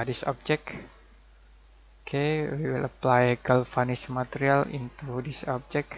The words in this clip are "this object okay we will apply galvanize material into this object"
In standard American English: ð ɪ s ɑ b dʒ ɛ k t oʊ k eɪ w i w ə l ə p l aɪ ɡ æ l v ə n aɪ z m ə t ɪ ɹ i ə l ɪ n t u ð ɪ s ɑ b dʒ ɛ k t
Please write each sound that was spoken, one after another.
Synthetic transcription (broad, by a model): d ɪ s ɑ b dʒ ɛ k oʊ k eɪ w i w ə l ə p l aɪ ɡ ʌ l f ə n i s m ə t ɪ ɹ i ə l ɪ n t u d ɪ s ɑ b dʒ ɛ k